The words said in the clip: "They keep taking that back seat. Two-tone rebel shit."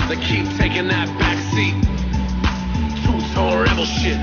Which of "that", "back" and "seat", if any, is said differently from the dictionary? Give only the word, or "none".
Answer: none